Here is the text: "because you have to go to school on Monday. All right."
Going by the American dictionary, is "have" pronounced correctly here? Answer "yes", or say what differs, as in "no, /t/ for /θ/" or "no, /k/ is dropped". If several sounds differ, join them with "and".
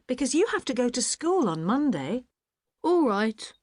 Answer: no, /f/ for /v/